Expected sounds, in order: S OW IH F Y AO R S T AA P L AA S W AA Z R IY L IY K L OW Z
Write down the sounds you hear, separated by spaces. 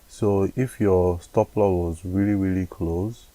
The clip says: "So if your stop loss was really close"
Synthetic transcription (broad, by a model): S OW IH F Y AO S T AA P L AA W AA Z R IY L IY K L OW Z